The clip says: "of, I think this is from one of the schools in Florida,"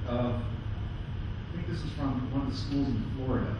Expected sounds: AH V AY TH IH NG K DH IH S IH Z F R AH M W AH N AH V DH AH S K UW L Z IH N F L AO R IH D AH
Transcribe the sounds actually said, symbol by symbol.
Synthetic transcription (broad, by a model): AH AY TH IH NG K DH IH S IH Z F R AH M W AH N AH V DH AH S K UW L Z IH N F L AO R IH D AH